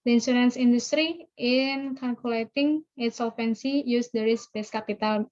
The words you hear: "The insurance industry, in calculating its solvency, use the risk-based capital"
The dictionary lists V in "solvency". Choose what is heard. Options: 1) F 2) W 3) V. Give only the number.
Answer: 1